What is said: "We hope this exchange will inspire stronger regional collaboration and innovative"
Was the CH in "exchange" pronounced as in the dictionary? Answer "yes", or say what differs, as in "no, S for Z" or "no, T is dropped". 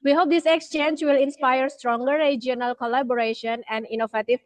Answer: yes